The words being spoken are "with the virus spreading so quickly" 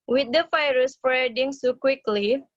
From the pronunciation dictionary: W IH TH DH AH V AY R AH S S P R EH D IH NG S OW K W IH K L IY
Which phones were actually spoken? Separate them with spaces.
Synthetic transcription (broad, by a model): W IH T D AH F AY R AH S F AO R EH D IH NG S OW K W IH K L IY